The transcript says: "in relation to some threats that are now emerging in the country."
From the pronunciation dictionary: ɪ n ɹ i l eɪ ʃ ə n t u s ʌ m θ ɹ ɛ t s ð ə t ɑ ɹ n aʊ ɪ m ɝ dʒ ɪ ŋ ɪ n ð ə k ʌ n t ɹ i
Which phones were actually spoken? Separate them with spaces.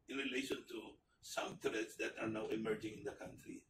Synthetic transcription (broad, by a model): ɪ n ɹ i l eɪ ʃ ə n t u s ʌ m t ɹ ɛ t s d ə t ɑ ɹ n aʊ ɪ m ɝ dʒ ɪ ŋ ɪ n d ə k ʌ n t ɹ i